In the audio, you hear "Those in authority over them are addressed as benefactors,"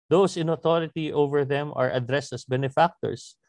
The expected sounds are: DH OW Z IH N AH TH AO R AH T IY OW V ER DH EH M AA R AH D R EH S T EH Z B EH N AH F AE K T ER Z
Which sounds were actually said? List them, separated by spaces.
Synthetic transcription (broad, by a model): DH OW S IH N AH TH AO R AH T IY OW V ER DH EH M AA R AH D R EH S T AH S B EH N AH F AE K T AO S